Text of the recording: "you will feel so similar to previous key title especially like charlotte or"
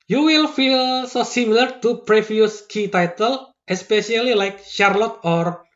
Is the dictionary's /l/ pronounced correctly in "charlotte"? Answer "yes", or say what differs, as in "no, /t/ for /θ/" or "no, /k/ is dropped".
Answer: yes